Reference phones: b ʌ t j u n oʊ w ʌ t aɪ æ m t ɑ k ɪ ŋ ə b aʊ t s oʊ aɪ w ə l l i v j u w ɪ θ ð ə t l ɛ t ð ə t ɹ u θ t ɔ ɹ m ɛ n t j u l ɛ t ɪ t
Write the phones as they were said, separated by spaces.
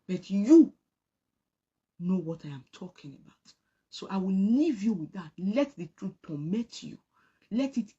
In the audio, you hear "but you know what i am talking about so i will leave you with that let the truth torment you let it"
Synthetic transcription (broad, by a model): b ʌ t j u n oʊ w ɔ t aɪ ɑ m t ɑ k ɪ ŋ ə b aʊ t s oʊ aɪ w ə l n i v j u w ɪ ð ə t l ɛ t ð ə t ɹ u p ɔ m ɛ t j u l ɛ t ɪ t